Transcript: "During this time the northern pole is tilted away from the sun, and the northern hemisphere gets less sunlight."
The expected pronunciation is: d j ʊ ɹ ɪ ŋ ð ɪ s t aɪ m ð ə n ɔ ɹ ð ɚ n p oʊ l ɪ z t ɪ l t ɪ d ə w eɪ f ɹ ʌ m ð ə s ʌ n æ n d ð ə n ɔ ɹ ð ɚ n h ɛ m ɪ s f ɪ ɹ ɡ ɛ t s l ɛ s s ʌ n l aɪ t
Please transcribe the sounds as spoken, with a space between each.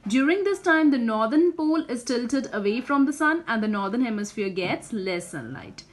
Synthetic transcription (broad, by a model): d j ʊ ɹ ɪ ŋ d ɪ s t aɪ m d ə n ɔ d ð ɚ n p oʊ l ɪ z t ɪ l t ɪ d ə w eɪ f ɹ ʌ m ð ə s ʌ n æ n d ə n ɔ ɹ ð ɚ n h ɛ m ɪ s f ɪ ɹ ɡ ɛ t s l ɛ s s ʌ n l aɪ t